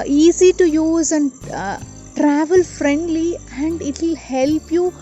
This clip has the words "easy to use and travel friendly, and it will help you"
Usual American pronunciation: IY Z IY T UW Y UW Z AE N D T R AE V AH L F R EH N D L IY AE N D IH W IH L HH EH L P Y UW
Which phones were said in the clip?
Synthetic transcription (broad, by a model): IY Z IY T UW Y UW Z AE N D T R AE V AH L F R EH N D L IY AE N D IH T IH L HH EH L P Y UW